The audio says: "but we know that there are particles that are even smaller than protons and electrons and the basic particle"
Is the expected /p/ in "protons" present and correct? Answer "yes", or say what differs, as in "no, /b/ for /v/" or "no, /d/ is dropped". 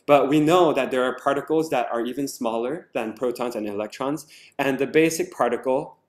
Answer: yes